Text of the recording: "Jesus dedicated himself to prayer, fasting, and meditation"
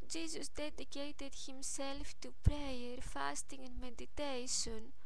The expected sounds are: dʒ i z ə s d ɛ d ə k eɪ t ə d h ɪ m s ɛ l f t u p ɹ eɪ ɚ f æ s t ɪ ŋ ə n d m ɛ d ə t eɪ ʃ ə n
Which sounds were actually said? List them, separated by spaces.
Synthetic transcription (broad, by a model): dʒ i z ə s d ɛ d ə k eɪ t ə d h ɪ m s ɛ l f t u p ɹ eɪ ɚ f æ s t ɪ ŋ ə n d m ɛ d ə t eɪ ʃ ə n